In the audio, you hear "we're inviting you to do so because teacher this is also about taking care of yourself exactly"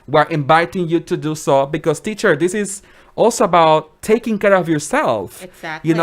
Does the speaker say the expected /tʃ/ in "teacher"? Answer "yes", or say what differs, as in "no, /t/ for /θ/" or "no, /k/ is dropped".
yes